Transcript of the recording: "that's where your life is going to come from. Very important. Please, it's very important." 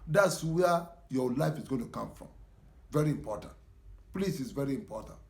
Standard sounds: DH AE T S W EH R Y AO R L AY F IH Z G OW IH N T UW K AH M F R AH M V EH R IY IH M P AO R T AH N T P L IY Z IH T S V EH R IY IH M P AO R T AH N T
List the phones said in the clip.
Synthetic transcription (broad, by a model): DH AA T S W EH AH Y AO L AY F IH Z G OW IH N T UW K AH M F R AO M V EH R IY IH M P AO T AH N T P L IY S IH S V EH R IY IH M P AO T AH N T